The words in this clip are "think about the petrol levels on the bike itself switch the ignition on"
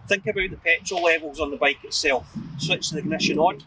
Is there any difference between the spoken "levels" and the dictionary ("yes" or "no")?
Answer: no